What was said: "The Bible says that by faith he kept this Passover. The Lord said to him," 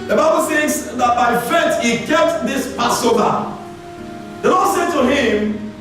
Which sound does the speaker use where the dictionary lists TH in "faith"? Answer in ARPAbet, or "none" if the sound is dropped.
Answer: T